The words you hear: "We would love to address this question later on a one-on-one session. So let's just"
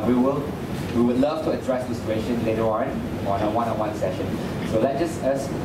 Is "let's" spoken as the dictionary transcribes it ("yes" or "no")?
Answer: no